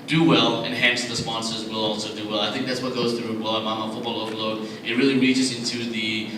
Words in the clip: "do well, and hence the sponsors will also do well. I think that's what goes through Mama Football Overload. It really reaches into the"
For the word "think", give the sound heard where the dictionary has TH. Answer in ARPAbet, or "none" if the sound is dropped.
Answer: TH